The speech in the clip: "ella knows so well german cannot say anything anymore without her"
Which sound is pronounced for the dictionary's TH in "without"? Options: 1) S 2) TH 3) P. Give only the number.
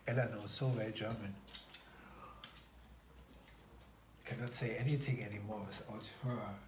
1